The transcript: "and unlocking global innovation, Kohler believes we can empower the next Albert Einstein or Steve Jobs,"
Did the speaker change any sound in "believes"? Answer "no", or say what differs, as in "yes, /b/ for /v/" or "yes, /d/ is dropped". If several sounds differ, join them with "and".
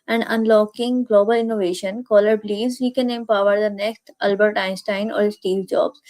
yes, /v/ is dropped